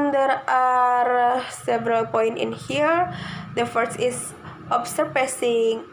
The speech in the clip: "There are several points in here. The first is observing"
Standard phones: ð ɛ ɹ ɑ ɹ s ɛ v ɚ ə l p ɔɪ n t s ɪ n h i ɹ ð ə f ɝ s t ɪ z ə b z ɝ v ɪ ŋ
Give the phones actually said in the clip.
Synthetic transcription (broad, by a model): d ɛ ɹ ɑ ɹ s ɛ v ɚ ə l p ɔɪ n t ɪ n h i ɹ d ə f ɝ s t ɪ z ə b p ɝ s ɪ ŋ